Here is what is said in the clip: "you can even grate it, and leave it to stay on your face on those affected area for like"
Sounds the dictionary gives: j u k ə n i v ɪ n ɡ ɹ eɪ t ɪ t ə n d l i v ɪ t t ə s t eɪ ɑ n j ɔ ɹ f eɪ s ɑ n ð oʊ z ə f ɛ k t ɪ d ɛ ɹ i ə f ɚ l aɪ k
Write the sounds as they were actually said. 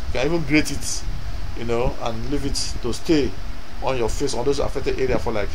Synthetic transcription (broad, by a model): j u k ə n i v ɪ n ɡ ɹ eɪ t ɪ t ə n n l i v ɪ t t ə s t eɪ ɑ n j ɔ f eɪ s ɑ n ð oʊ s ə f ɛ k t ɪ d ɛ ɹ i ə f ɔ l aɪ k